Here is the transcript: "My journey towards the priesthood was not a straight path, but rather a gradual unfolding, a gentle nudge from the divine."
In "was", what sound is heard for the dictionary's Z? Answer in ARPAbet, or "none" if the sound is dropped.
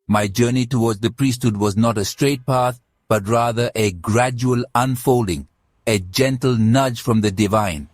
Z